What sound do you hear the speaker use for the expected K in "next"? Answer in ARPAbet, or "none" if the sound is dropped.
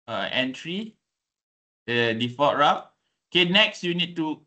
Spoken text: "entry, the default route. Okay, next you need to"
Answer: K